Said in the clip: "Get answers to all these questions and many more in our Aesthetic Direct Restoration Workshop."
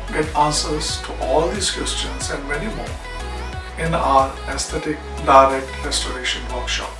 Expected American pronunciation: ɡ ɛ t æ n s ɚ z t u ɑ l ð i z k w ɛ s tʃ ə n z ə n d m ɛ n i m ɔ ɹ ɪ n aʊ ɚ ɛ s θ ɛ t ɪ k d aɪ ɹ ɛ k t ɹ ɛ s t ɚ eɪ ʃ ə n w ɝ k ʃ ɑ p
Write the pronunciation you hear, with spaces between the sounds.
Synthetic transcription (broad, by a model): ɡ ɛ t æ n s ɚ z t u ɑ l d i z k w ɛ s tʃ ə n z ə n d m ɛ n i m ɔ ɹ ɪ n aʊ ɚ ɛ s t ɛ t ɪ k d aɪ ɹ ɛ k t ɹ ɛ s t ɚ eɪ ʃ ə n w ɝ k ʃ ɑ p